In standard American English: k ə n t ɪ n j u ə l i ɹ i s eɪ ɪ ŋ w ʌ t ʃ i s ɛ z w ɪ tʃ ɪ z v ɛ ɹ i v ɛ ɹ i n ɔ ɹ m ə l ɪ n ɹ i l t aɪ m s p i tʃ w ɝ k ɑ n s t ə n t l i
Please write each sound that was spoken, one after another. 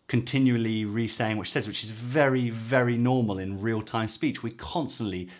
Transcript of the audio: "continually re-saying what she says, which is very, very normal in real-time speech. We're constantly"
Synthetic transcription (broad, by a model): k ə n t ɪ n j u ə l i ɹ i s eɪ ɪ ŋ w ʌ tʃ s ɛ z w ɪ tʃ ɪ z v ɛ ɹ i v ɛ ɹ i n ɔ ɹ m ə l ɪ n ɹ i l t aɪ m s p i tʃ w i k ɑ n s t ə n t l i